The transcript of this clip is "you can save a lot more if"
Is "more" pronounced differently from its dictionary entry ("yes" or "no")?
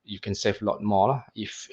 yes